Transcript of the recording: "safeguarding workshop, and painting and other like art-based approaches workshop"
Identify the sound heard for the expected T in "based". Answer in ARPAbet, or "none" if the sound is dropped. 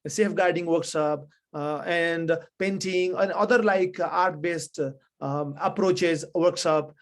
T